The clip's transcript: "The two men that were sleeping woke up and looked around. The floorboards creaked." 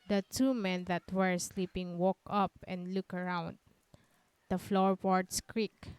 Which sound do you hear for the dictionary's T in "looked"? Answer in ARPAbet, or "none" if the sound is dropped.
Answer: none